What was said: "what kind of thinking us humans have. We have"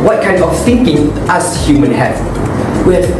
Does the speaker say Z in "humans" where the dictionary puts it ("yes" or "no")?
no